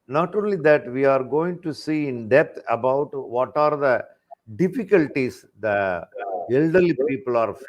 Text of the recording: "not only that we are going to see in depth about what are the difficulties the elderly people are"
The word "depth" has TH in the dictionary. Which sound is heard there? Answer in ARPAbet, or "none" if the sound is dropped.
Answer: T